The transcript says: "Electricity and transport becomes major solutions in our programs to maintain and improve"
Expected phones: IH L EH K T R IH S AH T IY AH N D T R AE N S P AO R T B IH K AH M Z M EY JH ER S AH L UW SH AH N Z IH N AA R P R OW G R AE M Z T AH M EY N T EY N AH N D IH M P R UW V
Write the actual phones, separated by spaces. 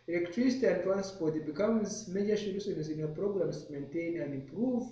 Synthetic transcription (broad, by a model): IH L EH K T R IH S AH T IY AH N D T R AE N S P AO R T B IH K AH M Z M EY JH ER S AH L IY S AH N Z IH N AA P R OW G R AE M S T M EY N T EY N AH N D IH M P R UW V